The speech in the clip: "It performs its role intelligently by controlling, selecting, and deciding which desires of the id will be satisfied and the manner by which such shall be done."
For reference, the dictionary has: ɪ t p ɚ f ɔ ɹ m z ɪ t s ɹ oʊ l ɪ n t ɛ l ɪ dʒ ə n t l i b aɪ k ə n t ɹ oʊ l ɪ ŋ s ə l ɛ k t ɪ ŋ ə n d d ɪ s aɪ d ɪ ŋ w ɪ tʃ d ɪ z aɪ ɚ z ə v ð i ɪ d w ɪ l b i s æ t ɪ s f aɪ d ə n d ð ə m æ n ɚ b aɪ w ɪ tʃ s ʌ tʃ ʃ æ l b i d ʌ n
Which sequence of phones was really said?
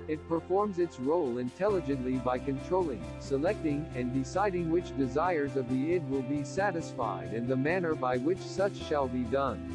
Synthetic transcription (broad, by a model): ɪ t p ɚ f ɔ ɹ m z ɪ t s ɹ oʊ l ɪ n t ɛ l ɪ dʒ ə n t l i b aɪ k ə n t ɹ oʊ l ɪ ŋ s ə l ɛ k t ɪ ŋ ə n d d ɪ s aɪ d ɪ ŋ w ɪ tʃ d ɪ z aɪ ɚ z ə v ð i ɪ d w ɪ l b i s æ t ɪ s f aɪ d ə n ð ə m æ n ɚ b aɪ w ɪ tʃ s ʌ tʃ ʃ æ l b i d ʌ n